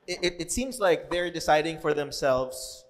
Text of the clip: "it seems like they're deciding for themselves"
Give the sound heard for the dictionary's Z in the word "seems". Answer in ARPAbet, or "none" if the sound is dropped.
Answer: Z